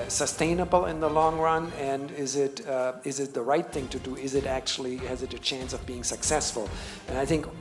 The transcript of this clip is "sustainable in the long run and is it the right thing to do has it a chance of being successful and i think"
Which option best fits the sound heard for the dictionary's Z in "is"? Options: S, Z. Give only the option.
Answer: Z